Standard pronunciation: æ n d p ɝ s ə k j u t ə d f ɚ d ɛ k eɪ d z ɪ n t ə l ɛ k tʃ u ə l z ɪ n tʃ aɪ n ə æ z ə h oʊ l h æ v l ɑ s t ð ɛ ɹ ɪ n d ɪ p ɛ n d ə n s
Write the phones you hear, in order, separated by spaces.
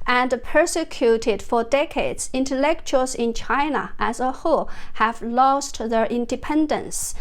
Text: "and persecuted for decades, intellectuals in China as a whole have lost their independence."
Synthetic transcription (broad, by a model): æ n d p ɝ s ə k j u t ə d f ɚ d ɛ k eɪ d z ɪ n t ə l ɛ k tʃ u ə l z ɪ n tʃ aɪ n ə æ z ə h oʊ h æ v l ɑ s t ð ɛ ɹ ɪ n d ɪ p ɛ n d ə n s